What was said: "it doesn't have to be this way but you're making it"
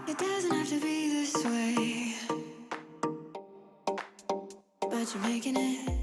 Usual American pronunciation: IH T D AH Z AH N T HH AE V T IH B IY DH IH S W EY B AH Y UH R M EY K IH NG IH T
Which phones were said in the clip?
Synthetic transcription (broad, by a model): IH T D AH Z AH N T HH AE F T IH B IY DH IH S W EY B AH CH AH R M EY K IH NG IH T